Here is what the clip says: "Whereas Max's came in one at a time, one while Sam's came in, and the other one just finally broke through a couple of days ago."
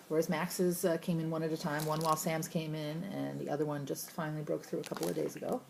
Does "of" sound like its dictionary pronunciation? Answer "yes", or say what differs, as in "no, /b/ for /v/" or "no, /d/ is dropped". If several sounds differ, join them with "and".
yes